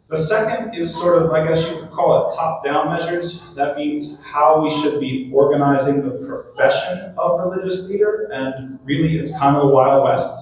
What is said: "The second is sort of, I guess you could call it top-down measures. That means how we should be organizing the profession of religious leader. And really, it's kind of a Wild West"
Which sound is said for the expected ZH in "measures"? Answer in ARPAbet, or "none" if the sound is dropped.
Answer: ZH